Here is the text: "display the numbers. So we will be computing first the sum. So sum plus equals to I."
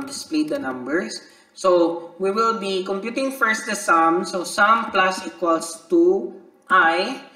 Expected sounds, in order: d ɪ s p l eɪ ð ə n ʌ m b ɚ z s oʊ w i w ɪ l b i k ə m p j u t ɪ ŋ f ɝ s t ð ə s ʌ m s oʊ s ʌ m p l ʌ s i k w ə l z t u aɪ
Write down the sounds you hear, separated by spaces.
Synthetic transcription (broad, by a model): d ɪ s p l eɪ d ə n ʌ m b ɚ s oʊ w i w ɪ l b i k ə m p j u t ɪ ŋ f ɝ s t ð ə s ʌ m s oʊ s ʌ m p l ʌ s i k w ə l s t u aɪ